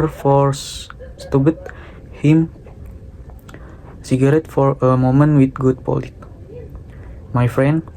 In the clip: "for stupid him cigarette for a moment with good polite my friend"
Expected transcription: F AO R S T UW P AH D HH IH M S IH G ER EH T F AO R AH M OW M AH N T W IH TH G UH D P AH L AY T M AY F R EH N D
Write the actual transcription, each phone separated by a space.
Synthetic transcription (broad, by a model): F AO R S T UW B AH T HH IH M S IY G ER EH T F AO R AH M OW M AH N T W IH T G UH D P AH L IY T M AY F R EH N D